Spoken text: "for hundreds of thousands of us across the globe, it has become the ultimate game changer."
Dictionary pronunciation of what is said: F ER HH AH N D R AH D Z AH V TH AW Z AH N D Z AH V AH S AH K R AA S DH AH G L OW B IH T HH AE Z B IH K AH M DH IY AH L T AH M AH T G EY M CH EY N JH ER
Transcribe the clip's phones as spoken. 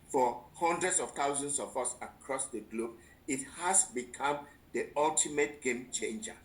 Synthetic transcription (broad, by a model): F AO HH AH N D R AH D S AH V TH AW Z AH N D S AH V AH S AH K R AA S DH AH G L OW B IH T HH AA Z B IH K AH M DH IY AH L T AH M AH T G EY M CH EY N JH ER